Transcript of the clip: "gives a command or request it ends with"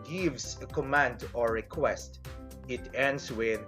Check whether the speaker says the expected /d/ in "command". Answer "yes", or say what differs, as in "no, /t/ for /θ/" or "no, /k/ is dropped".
yes